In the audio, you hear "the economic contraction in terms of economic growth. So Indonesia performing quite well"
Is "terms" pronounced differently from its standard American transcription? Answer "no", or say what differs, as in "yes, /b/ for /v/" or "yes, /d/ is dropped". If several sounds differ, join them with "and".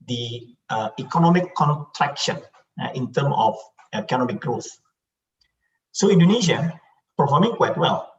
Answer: yes, /z/ is dropped